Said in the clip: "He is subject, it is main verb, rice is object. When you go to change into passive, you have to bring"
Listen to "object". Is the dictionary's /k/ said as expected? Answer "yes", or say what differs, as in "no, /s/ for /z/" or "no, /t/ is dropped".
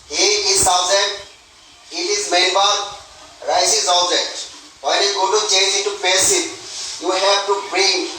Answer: no, /k/ is dropped